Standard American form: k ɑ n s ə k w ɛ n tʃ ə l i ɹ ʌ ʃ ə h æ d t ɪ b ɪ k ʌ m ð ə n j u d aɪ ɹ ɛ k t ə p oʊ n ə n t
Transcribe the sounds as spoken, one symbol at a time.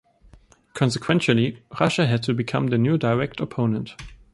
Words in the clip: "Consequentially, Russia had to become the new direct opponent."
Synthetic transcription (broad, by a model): k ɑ n s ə k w ɛ n ʃ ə l i ɹ ʌ ʃ ə h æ d t ɪ b ɪ k ʌ m ð ə n j u d aɪ ɹ ɛ k t ə p oʊ n ə n t